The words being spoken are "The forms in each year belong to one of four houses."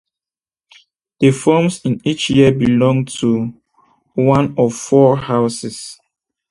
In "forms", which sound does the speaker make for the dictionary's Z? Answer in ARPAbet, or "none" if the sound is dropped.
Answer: S